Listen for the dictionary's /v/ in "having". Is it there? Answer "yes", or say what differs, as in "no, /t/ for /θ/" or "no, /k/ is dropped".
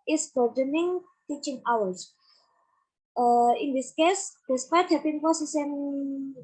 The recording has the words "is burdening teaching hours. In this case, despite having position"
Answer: no, /p/ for /v/